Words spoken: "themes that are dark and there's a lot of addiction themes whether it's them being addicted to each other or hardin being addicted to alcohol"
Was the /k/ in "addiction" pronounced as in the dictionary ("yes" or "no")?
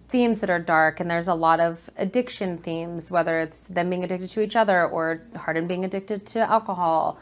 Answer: yes